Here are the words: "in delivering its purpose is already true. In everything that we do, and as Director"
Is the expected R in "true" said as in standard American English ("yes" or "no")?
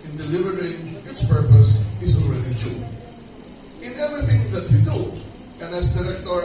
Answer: no